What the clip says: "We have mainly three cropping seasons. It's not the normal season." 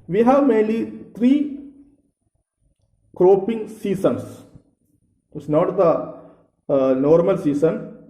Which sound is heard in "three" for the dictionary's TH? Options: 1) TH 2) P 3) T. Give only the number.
3